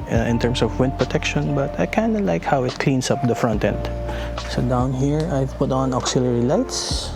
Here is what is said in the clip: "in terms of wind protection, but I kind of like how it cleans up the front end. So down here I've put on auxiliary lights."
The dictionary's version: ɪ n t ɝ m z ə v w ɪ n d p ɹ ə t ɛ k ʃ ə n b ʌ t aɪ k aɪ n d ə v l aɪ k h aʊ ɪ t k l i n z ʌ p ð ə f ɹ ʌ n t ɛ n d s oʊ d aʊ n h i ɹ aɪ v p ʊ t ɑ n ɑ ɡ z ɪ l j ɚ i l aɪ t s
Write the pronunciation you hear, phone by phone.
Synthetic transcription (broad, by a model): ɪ n t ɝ m s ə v w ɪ n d p ɹ ə t ɛ k ʃ ə n b ʌ t aɪ k aɪ n d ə l aɪ k h aʊ ɪ t k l i n s ʌ p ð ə f ɹ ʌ n t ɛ n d s oʊ d aʊ n h i ɹ aɪ v p ʊ t ɑ n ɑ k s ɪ l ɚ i l aɪ t s